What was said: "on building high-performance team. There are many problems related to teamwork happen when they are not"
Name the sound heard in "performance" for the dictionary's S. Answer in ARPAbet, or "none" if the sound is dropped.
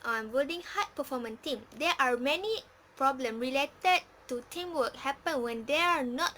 none